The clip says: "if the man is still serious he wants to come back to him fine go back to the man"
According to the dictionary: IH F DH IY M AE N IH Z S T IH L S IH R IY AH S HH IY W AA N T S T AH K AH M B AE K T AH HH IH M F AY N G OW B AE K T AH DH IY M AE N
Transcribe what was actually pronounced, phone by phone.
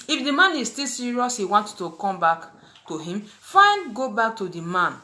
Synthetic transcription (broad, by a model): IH F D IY M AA N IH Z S T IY L S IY R IY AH S HH IY W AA N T T AH K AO M B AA K T AH HH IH M F AY N G OW B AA K T AH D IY M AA N